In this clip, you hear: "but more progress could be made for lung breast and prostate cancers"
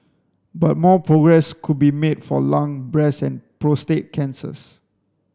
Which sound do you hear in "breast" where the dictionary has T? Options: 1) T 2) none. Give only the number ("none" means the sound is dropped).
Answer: 2